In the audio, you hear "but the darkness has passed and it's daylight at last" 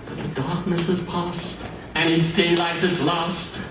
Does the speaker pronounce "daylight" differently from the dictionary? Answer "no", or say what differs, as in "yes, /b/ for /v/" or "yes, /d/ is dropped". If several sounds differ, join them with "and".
no